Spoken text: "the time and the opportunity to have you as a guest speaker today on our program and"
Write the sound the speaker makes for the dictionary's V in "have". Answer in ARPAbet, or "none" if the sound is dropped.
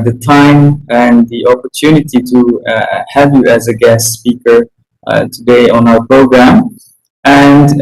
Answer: V